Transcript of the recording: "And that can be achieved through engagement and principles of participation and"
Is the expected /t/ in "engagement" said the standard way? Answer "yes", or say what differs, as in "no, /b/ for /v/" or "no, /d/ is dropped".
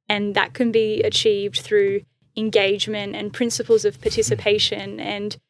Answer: yes